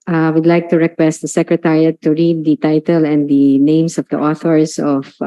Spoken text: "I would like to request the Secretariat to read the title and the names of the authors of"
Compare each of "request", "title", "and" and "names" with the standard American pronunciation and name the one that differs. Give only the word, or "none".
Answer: names